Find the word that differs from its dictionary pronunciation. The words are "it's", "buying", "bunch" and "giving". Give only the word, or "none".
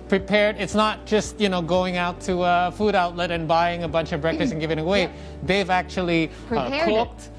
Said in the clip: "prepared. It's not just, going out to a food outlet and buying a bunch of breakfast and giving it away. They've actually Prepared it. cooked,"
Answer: none